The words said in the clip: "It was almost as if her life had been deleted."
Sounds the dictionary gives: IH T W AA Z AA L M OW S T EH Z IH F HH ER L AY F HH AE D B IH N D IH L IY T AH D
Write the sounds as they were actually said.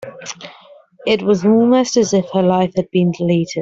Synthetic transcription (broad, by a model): IH T W AA Z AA M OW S T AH Z IH F HH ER L AY F HH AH D B IH N D IH L IY T AH D